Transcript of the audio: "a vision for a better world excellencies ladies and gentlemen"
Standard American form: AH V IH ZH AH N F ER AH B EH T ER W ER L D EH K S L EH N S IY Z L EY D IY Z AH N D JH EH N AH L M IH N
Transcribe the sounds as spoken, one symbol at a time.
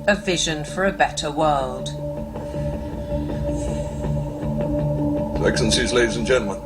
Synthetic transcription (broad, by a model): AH V IH ZH AH N F ER AH B EH T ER W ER L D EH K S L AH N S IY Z L EY D IY Z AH N JH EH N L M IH N